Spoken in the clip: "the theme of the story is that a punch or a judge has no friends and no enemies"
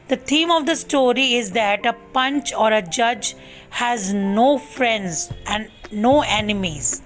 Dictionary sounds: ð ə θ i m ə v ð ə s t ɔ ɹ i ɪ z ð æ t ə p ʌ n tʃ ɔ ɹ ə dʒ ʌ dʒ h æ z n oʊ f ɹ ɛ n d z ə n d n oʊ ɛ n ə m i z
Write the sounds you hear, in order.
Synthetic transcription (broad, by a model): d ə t i m ə v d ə s t ɔ ɹ i ɪ z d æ t ə p ʌ n tʃ ɔ ɹ ə dʒ ʌ dʒ h æ z n oʊ f ɹ ɛ n d z ə n d n oʊ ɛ n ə m i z